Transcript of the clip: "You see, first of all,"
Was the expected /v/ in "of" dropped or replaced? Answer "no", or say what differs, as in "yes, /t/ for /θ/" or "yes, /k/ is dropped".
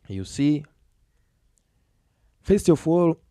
yes, /w/ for /v/